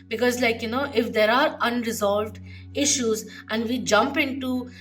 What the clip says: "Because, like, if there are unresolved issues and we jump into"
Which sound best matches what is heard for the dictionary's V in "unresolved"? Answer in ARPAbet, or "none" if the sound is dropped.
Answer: V